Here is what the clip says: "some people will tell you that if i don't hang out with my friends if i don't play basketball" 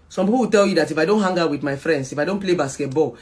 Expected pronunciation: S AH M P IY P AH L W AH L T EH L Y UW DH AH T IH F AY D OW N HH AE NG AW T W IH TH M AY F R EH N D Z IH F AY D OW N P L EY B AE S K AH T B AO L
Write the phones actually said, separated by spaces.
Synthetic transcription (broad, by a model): S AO M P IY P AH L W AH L T EH L Y UW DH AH T IH F AY D OW N HH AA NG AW W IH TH M AY F R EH N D S IH F AY D OW N P L EY B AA S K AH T B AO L